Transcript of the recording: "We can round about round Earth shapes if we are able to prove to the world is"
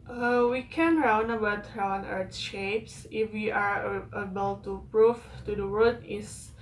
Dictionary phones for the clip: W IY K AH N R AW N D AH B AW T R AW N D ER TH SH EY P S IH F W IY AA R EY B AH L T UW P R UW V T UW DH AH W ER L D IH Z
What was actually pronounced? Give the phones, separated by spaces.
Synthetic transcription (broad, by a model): W IY K AH N R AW N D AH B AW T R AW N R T SH EY P S IH F W IY AA R EY B AH L T UW P R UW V T UW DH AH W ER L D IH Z